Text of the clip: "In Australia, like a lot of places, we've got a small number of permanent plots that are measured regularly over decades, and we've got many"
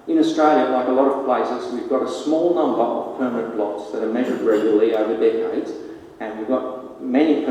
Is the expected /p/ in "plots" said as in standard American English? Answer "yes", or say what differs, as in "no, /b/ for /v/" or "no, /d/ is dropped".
no, /b/ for /p/